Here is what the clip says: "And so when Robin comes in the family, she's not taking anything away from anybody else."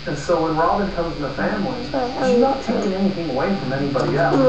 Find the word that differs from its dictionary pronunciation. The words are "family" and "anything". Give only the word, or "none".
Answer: none